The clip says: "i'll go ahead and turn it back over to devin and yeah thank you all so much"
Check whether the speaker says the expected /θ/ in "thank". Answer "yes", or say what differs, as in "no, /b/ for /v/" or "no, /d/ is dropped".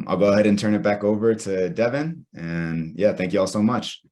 yes